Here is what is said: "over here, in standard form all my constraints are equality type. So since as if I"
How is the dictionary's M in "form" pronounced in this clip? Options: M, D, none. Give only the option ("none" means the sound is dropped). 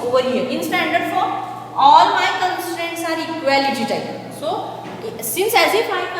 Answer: none